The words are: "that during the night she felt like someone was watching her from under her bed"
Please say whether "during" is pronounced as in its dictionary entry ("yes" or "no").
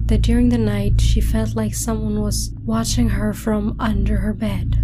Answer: yes